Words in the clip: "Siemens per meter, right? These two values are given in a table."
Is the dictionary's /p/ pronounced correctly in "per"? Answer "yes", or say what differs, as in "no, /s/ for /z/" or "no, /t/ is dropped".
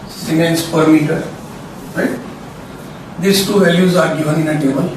yes